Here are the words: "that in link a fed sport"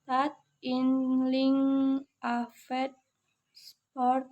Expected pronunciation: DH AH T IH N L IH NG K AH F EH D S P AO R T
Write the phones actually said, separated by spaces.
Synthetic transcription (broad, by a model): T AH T IH N L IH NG AH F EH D S P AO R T